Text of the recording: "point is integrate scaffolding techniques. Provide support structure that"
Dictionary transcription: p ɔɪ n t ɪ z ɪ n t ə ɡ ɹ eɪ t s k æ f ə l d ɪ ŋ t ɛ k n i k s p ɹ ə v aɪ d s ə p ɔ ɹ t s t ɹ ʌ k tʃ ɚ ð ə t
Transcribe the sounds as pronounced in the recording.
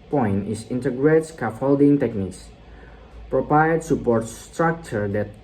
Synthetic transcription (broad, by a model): p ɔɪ n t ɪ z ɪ n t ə ɡ ɹ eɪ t s k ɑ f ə l d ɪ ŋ t ɛ k n i k s p ɹ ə p aɪ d s ə p ɔ ɹ t s t ɹ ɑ k tʃ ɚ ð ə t